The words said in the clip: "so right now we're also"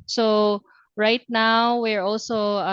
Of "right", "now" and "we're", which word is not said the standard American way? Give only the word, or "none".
none